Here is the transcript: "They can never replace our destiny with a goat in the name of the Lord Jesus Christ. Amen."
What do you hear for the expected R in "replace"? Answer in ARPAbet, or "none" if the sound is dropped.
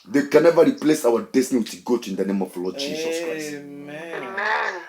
R